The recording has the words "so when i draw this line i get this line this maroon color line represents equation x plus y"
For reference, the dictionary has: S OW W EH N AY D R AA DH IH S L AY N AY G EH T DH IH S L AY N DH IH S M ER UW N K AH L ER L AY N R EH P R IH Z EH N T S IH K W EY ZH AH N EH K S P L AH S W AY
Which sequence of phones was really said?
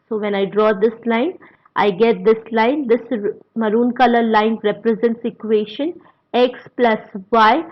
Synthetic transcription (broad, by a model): S OW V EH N AY D R AA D IH S L AY N AY G EH T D IH S L AY N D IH S M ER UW N K AH L ER L AY N R EH P R IH Z EH N T S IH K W EY SH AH N EH K S P L AH S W AY